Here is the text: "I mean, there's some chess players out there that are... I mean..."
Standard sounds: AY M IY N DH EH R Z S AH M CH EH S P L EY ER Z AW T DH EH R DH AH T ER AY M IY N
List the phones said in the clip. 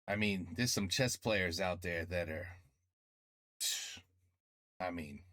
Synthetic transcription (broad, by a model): AY M IY N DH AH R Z S AH M CH EH S P L EY ER Z AW T DH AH R DH AH T ER AY M IY N